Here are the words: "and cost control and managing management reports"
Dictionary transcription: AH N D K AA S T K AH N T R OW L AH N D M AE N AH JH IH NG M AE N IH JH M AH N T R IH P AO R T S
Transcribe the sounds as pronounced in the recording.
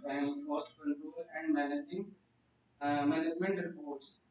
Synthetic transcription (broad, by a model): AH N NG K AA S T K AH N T OW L AH N D M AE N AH JH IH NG M AE N IH JH M AH N T R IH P AO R T S